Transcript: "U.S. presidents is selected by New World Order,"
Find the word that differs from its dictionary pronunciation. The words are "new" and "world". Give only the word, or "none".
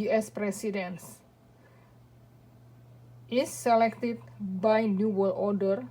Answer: world